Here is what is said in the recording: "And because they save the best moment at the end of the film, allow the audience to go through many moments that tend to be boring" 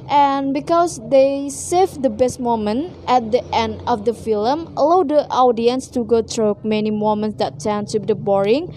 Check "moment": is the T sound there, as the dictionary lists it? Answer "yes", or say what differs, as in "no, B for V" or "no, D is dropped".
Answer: yes